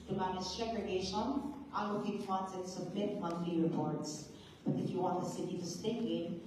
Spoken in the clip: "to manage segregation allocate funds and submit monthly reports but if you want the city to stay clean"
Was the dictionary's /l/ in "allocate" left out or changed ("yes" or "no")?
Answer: yes